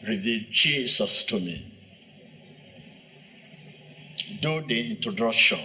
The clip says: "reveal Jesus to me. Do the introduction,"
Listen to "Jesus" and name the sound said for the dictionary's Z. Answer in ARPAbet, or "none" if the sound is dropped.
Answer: S